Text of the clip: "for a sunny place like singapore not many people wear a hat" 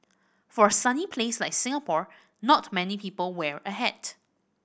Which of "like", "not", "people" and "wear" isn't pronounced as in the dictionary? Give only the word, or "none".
none